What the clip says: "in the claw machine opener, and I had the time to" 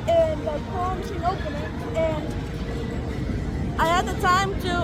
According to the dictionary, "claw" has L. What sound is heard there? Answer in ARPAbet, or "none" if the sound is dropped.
none